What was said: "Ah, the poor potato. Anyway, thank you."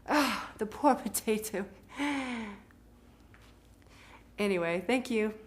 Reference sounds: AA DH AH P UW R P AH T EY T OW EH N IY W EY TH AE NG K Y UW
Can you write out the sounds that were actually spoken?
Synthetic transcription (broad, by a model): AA DH AH P UW R P AH T EY T OW EH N IY W EY TH AE NG K Y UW